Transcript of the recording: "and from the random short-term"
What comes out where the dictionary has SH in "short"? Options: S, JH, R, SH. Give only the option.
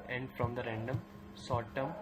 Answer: S